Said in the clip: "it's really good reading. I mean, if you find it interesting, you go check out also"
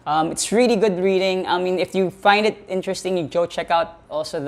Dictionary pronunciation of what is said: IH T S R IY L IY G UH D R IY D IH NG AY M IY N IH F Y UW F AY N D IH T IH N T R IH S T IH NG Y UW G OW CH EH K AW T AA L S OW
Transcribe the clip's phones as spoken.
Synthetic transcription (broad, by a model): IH T S R IY L IY G UH D R IY D IH NG AY M IY N IH F Y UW F AY N D IH T IH N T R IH S T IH NG Y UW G OW CH EH K AW T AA L S OW